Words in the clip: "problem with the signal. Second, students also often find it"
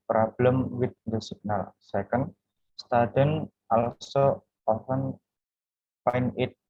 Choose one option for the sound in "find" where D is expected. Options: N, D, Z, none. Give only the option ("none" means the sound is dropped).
none